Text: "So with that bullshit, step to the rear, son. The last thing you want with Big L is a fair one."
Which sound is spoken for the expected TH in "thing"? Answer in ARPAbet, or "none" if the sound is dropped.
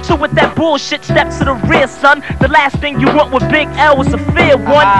TH